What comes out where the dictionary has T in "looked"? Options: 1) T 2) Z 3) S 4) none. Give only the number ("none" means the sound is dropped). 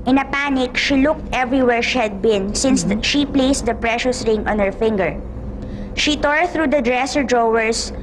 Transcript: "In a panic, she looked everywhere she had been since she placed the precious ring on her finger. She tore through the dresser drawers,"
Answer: 1